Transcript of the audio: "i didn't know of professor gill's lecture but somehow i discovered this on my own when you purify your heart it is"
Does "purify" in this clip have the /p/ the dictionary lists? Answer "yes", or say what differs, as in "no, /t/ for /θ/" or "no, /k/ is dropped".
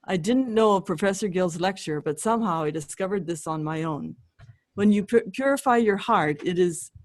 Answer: yes